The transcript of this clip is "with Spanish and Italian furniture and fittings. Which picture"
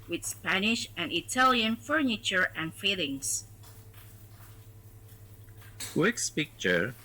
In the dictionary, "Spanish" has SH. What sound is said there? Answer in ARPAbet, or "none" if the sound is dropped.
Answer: SH